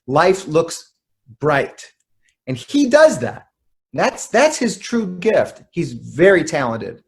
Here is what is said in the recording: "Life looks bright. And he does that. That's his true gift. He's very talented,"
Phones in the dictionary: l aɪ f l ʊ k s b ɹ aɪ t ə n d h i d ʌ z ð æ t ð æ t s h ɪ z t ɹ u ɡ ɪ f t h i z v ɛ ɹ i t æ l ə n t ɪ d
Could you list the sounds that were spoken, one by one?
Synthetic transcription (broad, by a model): l aɪ f l ʊ k s b ɹ aɪ t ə n i d ʌ z ð æ t ð æ t s h ɪ z t ɹ u ɡ ɪ f t h i z v ɛ ɹ i t æ l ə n t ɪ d